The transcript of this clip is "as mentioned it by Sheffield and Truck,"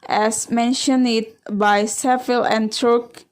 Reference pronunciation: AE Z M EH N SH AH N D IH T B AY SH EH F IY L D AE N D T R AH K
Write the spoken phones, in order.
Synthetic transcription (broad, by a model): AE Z M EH N SH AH N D IH T B AY S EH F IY L AE N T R K